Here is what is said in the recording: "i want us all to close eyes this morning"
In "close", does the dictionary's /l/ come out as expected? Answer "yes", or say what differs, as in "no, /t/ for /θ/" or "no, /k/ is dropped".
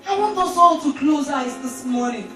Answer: yes